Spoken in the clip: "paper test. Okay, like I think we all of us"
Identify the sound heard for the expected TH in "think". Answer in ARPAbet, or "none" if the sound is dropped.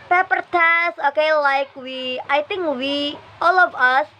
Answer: T